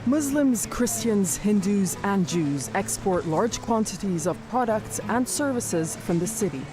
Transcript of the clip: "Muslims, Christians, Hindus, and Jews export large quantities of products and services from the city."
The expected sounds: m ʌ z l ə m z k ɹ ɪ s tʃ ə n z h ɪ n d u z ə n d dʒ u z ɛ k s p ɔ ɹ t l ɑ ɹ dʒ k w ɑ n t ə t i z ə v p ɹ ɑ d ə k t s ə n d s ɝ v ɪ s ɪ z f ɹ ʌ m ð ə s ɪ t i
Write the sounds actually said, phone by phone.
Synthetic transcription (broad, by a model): m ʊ z l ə m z k ɹ ɪ s tʃ ə n z h ɪ n d u z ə n dʒ u z ɛ k s p ɔ ɹ t l ɑ ɹ dʒ k w ɑ n t ə t i z ə v p ɹ ɑ d ə k t s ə n s ɝ v ɪ s ɪ z f ɹ ʌ m ð ə s ɪ t i